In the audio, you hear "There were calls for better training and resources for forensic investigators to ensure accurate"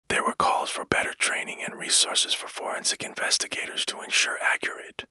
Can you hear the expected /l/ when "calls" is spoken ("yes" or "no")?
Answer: yes